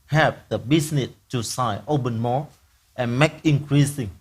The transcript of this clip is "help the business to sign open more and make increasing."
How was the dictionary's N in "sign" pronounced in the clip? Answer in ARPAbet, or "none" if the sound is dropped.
none